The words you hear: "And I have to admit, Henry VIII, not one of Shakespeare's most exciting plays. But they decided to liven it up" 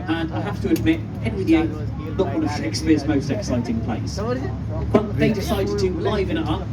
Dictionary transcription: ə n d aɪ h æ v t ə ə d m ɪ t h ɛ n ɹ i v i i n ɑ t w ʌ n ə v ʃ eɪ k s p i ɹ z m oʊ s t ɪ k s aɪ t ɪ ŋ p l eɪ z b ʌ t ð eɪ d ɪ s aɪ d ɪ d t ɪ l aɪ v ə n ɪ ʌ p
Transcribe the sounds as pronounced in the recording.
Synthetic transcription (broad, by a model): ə n aɪ h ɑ f t ə ə d m ɪ t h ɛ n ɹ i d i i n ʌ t w ʌ n ə v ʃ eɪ k s p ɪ z m oʊ s t ɪ k s aɪ t ɪ ŋ p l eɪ s b ʌ t ð eɪ d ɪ s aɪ ɪ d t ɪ l aɪ v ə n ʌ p